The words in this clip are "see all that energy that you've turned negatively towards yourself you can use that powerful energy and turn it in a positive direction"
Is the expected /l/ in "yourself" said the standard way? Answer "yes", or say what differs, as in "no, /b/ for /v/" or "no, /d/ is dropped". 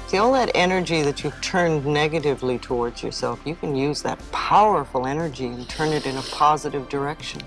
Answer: yes